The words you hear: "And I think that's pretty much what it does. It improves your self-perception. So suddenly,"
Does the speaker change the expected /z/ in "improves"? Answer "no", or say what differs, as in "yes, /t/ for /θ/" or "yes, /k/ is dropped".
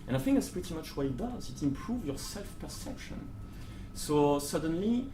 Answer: yes, /z/ is dropped